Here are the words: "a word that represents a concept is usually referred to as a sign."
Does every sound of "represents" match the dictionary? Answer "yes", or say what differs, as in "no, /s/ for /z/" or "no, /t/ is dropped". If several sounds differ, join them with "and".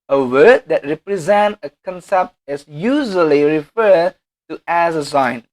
no, /s/ is dropped